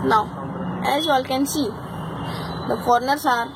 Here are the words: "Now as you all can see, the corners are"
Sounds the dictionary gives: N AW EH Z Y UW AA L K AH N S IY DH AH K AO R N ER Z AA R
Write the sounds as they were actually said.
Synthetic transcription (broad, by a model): N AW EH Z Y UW AA L K AH N S IY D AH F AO R N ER S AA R